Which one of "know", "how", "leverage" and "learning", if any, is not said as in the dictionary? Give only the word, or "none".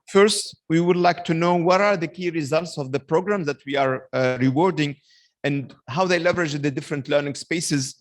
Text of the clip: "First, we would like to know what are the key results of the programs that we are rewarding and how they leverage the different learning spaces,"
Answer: none